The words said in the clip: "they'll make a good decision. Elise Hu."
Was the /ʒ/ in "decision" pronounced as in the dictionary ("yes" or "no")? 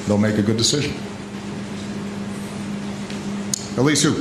yes